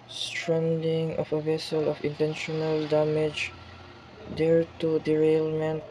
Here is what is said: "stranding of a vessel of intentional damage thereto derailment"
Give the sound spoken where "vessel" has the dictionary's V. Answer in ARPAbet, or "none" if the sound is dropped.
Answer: V